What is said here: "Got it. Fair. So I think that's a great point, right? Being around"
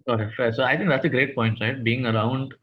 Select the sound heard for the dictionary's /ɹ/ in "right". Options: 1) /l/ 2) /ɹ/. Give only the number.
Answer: 2